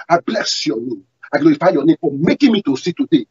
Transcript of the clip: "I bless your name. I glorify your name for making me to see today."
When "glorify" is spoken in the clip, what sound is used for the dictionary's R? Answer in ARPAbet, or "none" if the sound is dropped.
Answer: none